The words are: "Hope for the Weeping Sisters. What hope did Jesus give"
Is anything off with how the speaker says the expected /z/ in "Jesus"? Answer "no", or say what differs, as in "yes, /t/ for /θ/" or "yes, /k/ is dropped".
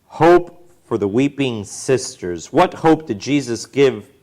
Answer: no